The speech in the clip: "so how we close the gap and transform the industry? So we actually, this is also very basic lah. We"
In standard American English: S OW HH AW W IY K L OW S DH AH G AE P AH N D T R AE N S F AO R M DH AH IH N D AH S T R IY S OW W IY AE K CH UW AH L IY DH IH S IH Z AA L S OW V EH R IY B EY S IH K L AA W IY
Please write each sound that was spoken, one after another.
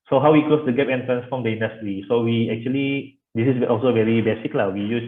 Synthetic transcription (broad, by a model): S OW HH AW W IY K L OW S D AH G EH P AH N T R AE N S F AO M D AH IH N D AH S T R IY S OW W IY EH K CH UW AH L IY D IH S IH S AA L S OW V EH R IY B EY S IH K L AA W IY